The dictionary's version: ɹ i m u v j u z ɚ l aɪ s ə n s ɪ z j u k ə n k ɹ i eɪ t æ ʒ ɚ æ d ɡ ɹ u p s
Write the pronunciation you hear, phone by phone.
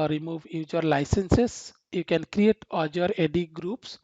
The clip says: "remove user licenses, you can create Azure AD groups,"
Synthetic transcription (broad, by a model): ɹ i m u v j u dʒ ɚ l aɪ s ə n s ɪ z j u k ə n k ɹ i eɪ t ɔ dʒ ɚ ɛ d ɡ ɹ u p s